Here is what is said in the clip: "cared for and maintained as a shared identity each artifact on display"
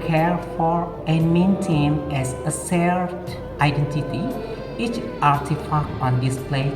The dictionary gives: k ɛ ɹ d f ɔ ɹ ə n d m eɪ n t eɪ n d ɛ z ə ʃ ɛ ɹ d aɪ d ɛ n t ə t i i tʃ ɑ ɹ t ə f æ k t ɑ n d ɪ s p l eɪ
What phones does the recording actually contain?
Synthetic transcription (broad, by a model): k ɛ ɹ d f ɔ ɹ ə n m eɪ n t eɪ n ɛ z ə s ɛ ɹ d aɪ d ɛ n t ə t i i tʃ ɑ ɹ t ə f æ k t ɑ n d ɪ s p l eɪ